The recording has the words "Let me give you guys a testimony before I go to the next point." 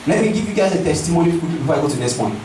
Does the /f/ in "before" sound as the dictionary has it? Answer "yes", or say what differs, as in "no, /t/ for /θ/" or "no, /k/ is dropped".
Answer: no, /f/ is dropped